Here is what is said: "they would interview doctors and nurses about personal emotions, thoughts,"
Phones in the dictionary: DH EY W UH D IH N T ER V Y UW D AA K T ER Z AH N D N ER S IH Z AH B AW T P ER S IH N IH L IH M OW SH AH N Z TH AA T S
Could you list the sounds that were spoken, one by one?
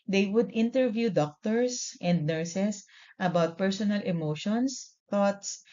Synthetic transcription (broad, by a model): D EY W UH D IH N T ER V Y UW D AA K T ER S AH N D N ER S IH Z AH B AW T P ER S IH N IH L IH M OW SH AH N S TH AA T S